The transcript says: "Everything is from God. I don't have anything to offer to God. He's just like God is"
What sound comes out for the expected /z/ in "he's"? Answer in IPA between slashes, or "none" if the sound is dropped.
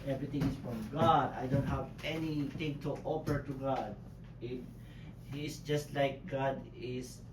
/s/